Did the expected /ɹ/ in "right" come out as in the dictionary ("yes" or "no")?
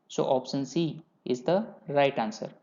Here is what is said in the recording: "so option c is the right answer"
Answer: yes